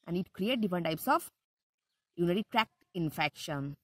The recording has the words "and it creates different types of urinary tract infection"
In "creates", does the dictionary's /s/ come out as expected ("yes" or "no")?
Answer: no